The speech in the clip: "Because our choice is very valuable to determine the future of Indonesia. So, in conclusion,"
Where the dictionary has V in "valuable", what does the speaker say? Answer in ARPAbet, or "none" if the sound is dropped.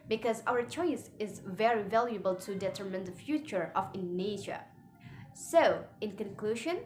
V